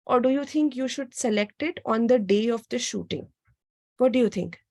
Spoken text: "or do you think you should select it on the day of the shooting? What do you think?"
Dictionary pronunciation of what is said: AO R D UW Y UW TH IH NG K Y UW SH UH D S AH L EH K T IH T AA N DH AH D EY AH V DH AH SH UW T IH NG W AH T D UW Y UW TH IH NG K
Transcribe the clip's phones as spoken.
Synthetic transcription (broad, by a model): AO R D UW Y UW T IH NG K Y UW SH UH D S AH L EH K T IH T AA N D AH D EY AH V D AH SH UW T IH NG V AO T D UW Y UW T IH NG K